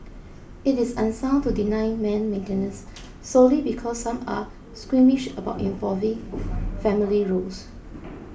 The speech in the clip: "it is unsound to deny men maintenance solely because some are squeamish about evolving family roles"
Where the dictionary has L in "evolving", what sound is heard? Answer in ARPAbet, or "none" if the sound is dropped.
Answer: none